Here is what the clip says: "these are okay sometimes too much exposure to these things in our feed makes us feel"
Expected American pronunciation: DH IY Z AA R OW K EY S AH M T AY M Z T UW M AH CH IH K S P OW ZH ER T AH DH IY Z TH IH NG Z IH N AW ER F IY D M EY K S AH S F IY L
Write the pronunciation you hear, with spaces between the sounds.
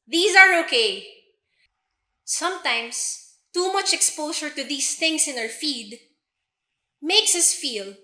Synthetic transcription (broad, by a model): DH IY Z AA R OW K EY S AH M T AY M S T UW M AH CH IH K S P OW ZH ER T AH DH IY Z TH IH NG S IH N AW ER F IY D M EY K S AH S F IY L